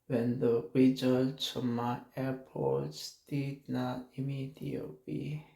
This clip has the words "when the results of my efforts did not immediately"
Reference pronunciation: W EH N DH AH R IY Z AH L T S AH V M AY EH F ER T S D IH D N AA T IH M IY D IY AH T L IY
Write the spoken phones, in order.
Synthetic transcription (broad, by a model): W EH N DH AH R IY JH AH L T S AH M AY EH P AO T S D IH D N AA T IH M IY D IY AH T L IY